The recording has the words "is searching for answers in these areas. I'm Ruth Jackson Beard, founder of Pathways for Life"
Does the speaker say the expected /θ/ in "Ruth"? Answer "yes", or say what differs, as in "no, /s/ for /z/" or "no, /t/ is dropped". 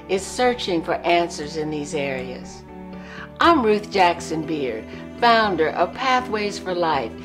yes